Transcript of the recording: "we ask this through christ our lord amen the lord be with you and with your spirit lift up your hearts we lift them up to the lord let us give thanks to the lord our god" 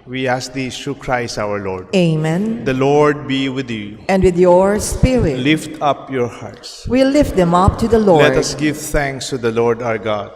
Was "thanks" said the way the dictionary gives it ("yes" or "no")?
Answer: no